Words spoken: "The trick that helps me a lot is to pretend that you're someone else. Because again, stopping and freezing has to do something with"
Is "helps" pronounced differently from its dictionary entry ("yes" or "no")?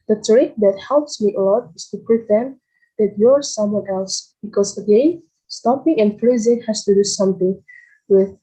no